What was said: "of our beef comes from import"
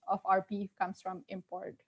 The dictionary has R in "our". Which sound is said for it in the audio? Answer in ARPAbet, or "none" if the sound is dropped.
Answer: R